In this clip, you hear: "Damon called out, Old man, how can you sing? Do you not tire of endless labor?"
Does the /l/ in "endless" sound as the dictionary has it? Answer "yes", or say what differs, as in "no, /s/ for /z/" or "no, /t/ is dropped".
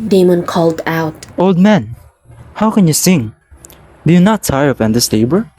no, /l/ is dropped